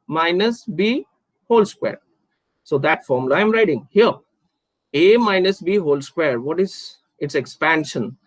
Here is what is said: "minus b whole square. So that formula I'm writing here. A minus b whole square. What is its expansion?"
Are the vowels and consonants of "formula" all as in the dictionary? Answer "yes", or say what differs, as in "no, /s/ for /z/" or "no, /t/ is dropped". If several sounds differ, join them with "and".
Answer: no, /l/ is dropped